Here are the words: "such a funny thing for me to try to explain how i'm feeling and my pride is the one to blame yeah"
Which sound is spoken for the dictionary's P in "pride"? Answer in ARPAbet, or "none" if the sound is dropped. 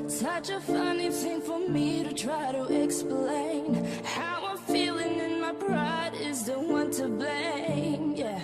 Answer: B